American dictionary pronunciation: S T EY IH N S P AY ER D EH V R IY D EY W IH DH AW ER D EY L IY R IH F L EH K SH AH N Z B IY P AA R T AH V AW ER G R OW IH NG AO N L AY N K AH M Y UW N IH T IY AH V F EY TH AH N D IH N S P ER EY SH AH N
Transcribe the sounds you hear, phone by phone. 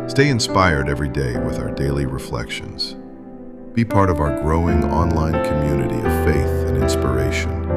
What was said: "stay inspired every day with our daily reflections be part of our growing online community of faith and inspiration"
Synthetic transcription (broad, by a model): S T EY IH N S P AY ER D EH V R IY D EY W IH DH AW ER D EY L IY R IH F L EH K SH AH N Z B IY P AA R T AH V AW ER G R OW IH NG AO N L AY N K AH M Y UW N IH T IY AH V F EY TH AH N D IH N S P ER EY SH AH N